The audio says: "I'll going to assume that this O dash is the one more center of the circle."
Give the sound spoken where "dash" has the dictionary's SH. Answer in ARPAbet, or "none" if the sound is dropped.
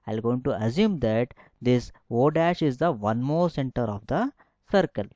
SH